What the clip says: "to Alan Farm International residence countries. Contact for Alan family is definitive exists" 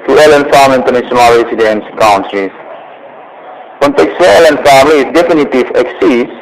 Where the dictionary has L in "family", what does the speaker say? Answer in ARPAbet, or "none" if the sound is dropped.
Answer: L